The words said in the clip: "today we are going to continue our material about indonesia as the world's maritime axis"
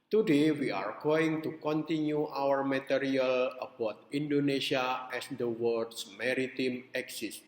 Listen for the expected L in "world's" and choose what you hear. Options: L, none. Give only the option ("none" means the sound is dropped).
none